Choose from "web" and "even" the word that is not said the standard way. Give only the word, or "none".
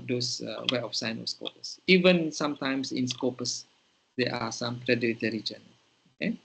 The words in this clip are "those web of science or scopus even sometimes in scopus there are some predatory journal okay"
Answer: web